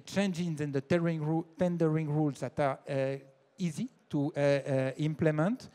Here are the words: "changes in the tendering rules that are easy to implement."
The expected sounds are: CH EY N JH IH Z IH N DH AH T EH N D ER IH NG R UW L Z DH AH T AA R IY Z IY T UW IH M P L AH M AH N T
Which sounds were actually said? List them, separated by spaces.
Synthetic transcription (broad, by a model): CH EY N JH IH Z IH N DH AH T EH N D ER IH NG R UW L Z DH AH T AA R IY Z IY T UW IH M P L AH M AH N T